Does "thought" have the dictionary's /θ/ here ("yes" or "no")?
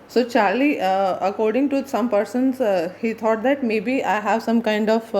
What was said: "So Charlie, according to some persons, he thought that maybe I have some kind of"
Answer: no